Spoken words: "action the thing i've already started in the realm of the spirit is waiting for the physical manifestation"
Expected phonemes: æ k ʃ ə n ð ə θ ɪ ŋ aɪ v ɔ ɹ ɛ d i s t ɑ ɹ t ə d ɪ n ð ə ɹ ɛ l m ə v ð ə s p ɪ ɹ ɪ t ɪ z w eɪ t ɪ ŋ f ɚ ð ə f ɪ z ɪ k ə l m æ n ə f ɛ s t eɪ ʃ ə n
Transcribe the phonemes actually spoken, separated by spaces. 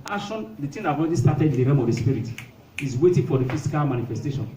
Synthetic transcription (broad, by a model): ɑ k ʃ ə n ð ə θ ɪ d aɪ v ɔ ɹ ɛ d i s t ɑ t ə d ɪ n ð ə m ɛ m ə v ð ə s p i ɹ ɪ t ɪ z w eɪ t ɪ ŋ f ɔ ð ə f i s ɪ k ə l m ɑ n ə f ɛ s t eɪ ʃ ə n